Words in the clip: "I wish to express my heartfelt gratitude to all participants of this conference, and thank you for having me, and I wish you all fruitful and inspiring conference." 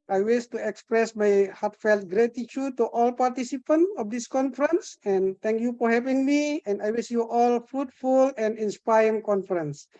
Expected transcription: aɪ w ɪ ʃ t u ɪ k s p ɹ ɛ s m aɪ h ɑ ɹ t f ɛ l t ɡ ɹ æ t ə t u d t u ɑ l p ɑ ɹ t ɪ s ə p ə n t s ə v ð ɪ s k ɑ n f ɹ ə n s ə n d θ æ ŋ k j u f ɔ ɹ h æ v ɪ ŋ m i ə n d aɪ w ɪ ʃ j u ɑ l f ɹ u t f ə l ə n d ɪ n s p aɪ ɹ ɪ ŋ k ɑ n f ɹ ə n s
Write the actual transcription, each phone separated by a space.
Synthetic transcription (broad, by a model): aɪ w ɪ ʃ t u ɪ k s p ɹ ɛ s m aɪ h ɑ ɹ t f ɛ l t ɡ ɹ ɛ t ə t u d t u ɑ l p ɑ ɹ t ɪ s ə p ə n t ə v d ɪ s k ɑ n f ɹ ə n s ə n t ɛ ŋ k j u f ɔ ɹ h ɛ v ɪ ŋ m i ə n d aɪ w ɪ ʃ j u ɑ l f ɹ u t f ə l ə n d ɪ n s p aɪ ɪ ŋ k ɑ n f ɹ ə n s